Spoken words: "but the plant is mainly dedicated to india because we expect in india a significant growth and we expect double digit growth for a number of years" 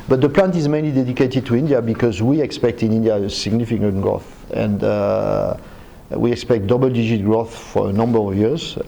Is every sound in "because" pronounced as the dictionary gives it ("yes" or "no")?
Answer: yes